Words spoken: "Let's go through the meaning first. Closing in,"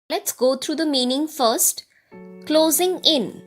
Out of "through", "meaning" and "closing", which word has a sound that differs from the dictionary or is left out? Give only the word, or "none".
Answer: through